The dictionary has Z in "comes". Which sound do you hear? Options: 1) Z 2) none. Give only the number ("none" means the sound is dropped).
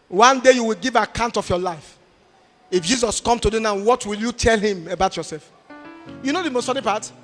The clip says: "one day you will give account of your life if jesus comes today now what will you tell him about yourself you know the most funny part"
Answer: 2